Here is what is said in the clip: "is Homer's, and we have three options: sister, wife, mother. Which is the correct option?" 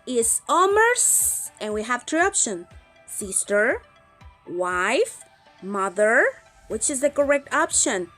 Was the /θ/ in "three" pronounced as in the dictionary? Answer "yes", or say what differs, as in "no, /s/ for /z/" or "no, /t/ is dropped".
no, /t/ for /θ/